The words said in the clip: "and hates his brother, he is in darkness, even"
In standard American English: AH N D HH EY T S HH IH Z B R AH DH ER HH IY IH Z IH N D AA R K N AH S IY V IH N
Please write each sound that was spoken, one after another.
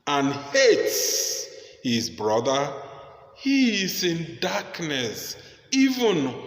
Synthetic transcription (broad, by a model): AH N HH EY T S HH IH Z B R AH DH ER HH IY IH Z IH N D AA K N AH S IY V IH N